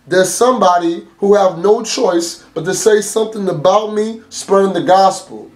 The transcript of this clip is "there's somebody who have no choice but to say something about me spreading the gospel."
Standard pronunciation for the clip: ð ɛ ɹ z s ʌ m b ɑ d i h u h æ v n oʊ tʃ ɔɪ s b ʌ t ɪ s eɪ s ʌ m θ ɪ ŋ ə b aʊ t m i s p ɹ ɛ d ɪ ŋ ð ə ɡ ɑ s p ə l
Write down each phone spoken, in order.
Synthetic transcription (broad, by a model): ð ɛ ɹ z s ʌ m b ɑ d i h u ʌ v n oʊ tʃ ɔɪ s b ʌ t ɪ s eɪ s ʌ m θ ɪ ŋ ə b aʊ t m i s p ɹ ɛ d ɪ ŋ ð ə ɡ ɑ s p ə l